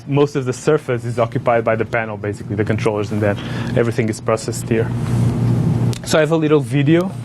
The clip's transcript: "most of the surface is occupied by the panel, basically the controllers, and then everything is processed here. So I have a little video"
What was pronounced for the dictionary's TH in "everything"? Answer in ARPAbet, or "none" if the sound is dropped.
TH